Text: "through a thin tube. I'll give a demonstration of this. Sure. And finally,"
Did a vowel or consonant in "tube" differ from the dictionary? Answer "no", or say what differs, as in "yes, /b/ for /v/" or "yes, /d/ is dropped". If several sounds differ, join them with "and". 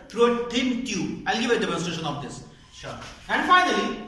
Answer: yes, /b/ is dropped